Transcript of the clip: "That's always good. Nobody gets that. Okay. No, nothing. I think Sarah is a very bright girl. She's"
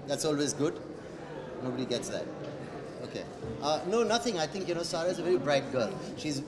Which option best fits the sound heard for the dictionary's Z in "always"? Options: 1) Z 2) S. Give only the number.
1